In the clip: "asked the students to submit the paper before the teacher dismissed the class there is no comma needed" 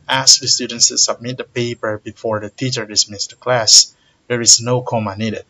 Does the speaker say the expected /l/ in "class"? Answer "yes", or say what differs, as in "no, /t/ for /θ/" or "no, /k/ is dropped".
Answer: yes